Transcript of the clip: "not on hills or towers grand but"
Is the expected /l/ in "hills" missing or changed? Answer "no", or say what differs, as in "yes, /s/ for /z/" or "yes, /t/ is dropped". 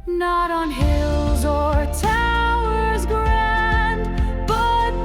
no